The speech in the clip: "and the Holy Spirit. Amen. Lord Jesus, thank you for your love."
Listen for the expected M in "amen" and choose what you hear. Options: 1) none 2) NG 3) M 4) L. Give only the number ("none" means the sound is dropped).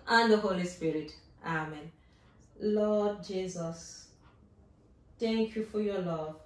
3